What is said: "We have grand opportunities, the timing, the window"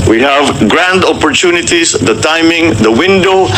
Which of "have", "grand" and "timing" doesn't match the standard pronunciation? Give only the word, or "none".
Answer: none